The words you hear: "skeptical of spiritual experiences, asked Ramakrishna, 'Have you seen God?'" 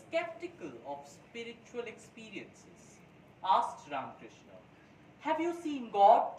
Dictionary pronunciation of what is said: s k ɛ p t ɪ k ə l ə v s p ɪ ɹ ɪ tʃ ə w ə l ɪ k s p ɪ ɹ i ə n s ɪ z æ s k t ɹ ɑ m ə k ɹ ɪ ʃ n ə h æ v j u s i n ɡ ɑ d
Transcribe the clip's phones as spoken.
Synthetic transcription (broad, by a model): k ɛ p t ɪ k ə l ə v s p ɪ ɹ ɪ tʃ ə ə l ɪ k s p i ɹ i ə n s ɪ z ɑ s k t ɹ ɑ ə k ɹ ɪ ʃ n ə h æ v j u s i n ɡ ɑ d